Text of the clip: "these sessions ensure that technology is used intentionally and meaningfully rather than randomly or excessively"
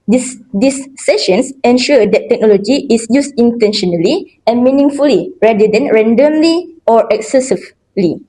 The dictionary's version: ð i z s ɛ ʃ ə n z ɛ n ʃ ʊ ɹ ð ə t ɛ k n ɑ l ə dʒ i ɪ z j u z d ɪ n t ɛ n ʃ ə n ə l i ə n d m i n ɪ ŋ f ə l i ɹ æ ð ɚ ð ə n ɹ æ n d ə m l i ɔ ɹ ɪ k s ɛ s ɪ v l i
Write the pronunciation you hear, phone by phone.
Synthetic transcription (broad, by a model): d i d s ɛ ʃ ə n s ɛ n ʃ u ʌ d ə t ɛ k n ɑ l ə dʒ i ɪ s j u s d ɪ n t ɛ n ʃ ə n ə l i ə n m i n ɪ ŋ f ə l i ɹ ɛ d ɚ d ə n ɹ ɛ n d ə m l i ɔ ɹ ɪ k s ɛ s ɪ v l i